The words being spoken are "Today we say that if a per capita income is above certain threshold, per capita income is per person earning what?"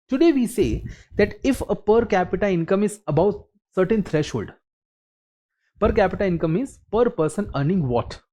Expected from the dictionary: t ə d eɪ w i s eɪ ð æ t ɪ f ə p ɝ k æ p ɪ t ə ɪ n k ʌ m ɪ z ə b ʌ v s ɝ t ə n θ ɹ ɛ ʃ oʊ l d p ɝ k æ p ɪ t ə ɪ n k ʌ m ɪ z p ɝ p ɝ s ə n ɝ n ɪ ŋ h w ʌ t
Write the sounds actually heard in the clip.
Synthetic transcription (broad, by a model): t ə d eɪ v i s eɪ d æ t ɪ f ə p ɝ k æ p ɪ t ə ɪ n k ʌ m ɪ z ə b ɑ w s ɝ t ə n t ɹ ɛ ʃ oʊ l d p ɝ k æ p ɪ t ə ɪ n k ʌ m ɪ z p ɝ p ɝ s ə n ɝ n ɪ ŋ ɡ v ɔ t